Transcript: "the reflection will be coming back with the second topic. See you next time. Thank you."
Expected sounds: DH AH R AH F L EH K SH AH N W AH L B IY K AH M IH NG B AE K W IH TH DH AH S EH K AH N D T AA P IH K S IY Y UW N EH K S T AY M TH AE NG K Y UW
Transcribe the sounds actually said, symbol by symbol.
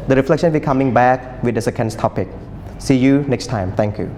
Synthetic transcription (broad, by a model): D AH R AH F L EH K SH AH N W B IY K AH M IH NG B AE K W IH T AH S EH K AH N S T AA P IH K S IY Y UW N EH K S T AY M T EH NG K Y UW